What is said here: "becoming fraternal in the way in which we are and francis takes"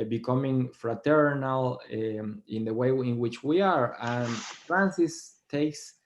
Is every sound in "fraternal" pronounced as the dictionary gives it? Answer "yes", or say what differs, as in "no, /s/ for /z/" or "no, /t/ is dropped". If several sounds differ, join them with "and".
yes